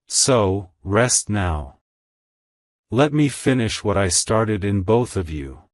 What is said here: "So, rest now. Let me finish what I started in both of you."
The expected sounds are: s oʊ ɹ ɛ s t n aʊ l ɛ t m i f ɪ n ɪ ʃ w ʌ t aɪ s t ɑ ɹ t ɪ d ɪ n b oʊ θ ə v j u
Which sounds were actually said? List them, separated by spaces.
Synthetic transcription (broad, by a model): s oʊ ɹ ɛ s t n aʊ l ɛ t m i f ɪ n ɪ ʃ w ʌ t aɪ s t ɑ ɹ t ɪ d ɪ n b oʊ θ ə v j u